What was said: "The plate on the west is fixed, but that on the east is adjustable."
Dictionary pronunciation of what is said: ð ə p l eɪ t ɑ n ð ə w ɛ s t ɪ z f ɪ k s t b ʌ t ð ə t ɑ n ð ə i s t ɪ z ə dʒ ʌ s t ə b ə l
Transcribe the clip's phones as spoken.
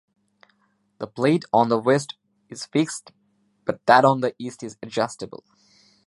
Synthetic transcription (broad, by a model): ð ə p l eɪ t ɑ n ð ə w ɛ s t ɪ z f ɪ k s t b ʌ t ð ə t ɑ n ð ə i s t ɪ z ə dʒ ʌ s t ə b ə l